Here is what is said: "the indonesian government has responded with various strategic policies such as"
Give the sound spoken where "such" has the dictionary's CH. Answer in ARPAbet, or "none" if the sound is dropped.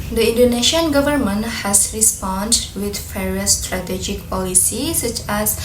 CH